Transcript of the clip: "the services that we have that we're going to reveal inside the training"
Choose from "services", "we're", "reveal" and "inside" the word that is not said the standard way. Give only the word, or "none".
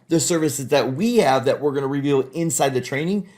none